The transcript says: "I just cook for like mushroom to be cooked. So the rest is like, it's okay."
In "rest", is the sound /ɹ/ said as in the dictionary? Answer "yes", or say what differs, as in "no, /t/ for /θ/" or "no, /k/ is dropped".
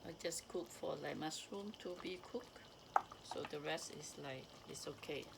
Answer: yes